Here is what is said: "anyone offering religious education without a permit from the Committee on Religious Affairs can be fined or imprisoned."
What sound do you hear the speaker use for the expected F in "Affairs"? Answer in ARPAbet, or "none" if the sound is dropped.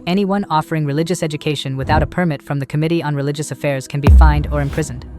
F